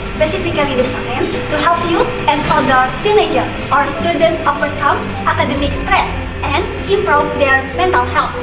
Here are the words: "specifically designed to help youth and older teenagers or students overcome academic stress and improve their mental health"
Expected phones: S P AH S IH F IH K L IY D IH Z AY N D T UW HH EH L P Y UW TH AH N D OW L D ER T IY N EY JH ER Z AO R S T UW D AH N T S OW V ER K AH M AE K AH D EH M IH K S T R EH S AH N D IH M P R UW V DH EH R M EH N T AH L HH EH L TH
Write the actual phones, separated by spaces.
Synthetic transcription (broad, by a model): S P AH S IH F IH K L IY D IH S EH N T UW HH EH L P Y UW AH N D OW D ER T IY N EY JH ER AO R S T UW D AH N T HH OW P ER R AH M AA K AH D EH M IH K S T R EH S AH N D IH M P R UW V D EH R M EH N T AH L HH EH L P